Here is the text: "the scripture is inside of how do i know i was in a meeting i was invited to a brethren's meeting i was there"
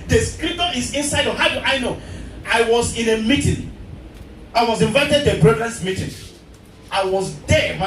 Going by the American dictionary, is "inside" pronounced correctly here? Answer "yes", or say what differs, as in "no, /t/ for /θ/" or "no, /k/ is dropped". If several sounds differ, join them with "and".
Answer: yes